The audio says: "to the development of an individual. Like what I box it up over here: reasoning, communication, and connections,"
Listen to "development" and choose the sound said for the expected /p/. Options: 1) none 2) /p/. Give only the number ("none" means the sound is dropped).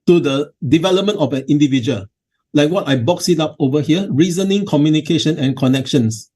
2